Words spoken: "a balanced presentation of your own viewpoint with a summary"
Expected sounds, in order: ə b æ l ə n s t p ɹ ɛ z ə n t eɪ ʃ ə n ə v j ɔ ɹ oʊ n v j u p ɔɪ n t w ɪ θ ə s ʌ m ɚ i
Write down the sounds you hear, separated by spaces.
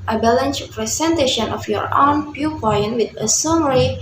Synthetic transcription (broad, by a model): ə b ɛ l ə n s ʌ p ɹ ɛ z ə n t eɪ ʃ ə n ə f j ɔ ɹ oʊ n p j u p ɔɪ n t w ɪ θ ə s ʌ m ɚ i